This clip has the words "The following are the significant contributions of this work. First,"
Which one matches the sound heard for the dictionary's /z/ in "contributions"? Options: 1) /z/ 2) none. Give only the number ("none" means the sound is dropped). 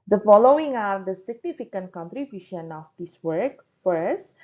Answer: 2